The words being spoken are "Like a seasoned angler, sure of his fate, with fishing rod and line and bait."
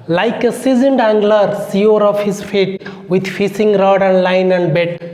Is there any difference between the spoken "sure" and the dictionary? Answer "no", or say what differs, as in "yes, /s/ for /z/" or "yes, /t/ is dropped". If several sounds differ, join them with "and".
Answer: yes, /s/ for /ʃ/